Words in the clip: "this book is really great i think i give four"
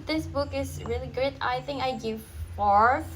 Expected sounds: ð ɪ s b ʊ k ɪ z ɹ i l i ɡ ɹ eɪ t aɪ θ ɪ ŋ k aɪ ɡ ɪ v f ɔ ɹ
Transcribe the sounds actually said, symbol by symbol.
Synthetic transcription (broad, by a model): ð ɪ s b ʊ k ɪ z ɹ i l i ɡ eɪ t aɪ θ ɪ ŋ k aɪ ɡ ɪ v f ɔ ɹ